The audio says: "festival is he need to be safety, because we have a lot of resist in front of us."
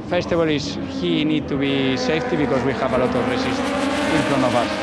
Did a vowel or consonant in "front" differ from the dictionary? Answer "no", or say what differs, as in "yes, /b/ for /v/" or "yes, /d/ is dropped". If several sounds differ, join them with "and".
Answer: yes, /t/ is dropped